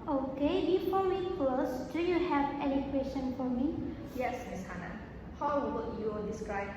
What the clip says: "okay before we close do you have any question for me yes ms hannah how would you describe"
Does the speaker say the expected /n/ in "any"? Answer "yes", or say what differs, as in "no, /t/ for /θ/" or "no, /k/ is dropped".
no, /l/ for /n/